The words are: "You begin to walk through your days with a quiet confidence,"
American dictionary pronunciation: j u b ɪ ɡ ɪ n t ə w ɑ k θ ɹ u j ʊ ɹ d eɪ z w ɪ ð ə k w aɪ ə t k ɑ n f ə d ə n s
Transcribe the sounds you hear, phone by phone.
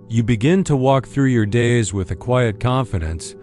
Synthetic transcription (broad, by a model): j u b ɪ ɡ ɪ n t ə w ɑ k θ ɹ u j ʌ ɹ d eɪ z w ɪ ð ə k w aɪ ə t k ɑ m f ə d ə n s